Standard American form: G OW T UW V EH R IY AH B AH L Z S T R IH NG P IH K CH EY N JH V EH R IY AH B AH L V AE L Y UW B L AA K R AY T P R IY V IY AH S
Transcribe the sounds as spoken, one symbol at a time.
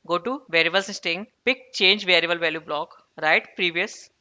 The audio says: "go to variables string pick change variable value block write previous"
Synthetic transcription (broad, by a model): G OW T UW V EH R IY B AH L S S T IH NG P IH K CH EY N JH V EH R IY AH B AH L V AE L Y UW B L AA K R AY T P R IY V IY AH S